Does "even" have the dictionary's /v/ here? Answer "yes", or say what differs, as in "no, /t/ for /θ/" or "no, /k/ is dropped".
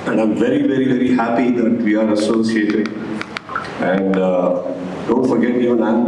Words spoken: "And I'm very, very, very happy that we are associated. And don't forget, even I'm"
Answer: no, /v/ is dropped